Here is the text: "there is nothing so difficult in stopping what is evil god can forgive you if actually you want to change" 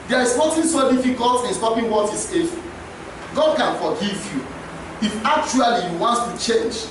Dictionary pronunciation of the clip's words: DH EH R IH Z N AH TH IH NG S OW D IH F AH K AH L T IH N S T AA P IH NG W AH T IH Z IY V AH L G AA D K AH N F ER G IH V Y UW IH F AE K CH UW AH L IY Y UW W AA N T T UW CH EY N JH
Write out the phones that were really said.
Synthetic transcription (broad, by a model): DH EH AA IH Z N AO T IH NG S OW D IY F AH K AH L T IH N S T AA P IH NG W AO T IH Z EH F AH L G AA D K AH N F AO G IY V Y UW IH F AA K CH UW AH L IY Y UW W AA N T T UW CH EY N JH